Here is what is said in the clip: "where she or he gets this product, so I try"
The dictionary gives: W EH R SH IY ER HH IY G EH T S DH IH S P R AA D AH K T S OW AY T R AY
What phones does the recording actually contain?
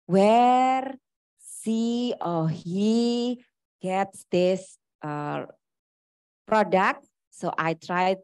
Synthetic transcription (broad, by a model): W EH R S IY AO HH IY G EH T S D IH S P R AA D AH K T S OW AY T R AY